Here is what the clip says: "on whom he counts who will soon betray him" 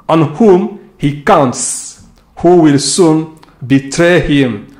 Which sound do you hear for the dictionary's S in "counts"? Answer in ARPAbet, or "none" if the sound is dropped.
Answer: S